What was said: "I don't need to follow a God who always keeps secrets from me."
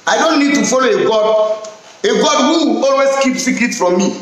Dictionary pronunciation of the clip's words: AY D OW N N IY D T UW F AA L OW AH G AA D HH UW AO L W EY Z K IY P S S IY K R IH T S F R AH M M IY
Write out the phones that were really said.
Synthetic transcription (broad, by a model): AY D OW N N IY D T UW F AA L OW AH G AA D HH UW AO L W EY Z K IY P S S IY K IH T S F R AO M M IY